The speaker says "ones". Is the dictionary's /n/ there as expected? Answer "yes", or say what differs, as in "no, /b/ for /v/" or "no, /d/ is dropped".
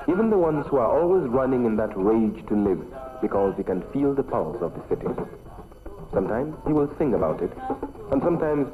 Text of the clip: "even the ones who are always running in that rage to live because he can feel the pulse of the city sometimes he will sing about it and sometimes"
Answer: yes